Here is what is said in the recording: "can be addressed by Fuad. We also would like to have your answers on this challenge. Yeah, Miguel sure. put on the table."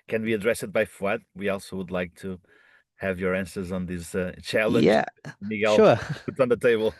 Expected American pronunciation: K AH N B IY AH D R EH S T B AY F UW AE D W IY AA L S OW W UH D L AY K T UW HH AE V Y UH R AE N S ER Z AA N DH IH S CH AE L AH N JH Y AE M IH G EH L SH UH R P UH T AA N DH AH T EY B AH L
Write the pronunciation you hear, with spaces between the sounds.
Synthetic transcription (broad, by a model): K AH N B IY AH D R EH S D B AY F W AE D W IY AA L S OW W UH D L AY K T UW HH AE V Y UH R AE N S ER Z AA N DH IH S CH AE L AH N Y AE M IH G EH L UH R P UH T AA N DH AH T EY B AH L